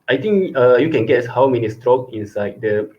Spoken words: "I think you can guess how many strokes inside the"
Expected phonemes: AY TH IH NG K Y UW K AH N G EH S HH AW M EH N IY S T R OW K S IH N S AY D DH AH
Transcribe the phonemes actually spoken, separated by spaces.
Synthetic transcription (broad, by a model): AY T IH NG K Y UW K AH N G EH S HH AW M EH N IY S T R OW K IH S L AY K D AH